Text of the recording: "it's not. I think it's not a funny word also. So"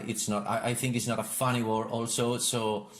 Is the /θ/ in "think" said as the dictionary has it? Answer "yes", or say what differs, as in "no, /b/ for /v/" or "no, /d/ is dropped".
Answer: yes